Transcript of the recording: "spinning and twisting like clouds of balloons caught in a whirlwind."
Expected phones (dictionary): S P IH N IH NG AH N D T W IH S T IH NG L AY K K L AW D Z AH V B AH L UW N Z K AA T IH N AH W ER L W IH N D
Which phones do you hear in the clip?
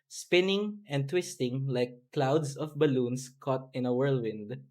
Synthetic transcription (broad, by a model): S P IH N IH NG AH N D T W IH S T IH NG L AY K K L AW D S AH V B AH L UW N S K AA T IH N AH W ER L W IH N D